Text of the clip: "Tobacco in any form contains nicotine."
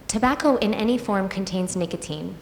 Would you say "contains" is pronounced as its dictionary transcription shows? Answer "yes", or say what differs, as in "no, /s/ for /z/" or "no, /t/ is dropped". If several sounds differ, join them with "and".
yes